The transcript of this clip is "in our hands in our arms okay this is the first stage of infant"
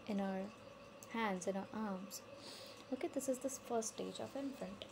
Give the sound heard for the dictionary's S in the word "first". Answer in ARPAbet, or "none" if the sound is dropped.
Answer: none